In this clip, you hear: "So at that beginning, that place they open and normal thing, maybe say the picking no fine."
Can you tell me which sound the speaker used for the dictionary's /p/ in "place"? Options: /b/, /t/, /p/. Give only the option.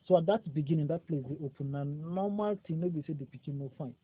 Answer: /p/